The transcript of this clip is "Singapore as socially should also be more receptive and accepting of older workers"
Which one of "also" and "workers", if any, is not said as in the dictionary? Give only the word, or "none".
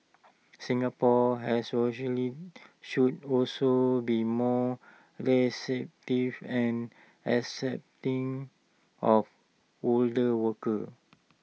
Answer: workers